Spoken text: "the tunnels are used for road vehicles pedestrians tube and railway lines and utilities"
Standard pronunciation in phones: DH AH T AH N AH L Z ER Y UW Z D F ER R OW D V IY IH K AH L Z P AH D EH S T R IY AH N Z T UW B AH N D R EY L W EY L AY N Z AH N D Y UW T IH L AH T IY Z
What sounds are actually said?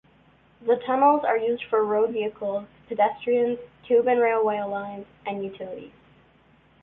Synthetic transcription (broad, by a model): DH AH T AH N L Z ER Y UW Z D F ER R OW D V IY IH K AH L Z P AH D EH S T R IY AH N Z T UW B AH N R EY L W EY L AY N Z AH N Y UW T IH L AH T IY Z